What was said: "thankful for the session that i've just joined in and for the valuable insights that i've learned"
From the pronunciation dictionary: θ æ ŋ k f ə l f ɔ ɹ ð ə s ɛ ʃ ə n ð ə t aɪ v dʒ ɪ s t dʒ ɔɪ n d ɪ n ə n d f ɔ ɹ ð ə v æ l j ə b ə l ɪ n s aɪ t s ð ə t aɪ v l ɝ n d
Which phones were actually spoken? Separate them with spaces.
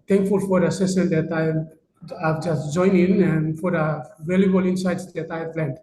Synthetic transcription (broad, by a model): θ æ ŋ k f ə l f ɔ ɹ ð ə s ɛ s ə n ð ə t aɪ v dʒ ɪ s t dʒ ɔɪ n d ɪ n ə n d f ɔ ɹ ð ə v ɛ l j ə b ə l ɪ n s aɪ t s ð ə t aɪ v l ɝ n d